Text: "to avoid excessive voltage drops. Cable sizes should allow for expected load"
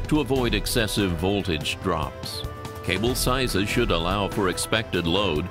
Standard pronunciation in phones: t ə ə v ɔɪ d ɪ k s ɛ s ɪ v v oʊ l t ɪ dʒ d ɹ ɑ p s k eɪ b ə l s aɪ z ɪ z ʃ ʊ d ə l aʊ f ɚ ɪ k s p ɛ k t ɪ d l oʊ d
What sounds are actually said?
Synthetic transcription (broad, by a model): t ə ə v ɔɪ d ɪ k s ɛ s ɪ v v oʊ l t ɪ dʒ d ɹ ɑ p s k eɪ b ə l s aɪ z ɪ z ʃ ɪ d ə l aʊ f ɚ ɪ k s p ɛ k t ɪ d l oʊ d